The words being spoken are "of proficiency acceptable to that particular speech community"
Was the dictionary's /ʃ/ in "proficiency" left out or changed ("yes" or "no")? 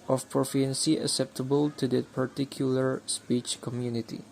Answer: yes